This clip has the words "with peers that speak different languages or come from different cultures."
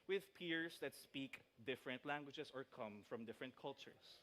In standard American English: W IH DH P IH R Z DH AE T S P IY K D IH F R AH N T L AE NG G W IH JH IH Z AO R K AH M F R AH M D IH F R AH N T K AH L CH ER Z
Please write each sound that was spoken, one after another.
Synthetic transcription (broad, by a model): W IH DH P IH R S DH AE T S P IY K D IH F R AH N T L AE NG G W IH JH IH S AO R K AH M F R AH M D IH F R AH N T K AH L CH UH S